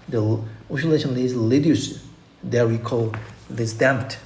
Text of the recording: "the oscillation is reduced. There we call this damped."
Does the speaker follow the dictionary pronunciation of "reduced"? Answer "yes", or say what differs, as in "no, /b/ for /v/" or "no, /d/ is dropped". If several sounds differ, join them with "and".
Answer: no, /l/ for /ɹ/